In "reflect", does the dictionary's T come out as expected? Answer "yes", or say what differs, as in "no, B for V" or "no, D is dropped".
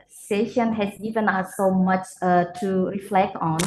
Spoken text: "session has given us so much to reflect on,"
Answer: yes